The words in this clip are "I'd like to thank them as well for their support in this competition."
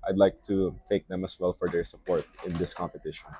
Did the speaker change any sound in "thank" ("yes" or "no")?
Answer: yes